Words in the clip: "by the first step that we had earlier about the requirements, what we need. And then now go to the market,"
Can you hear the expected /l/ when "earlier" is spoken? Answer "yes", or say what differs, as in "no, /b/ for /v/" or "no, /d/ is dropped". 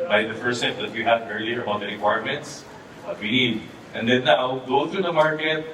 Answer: yes